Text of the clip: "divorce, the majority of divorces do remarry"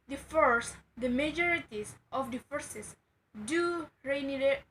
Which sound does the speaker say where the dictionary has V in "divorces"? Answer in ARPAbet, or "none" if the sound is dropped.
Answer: F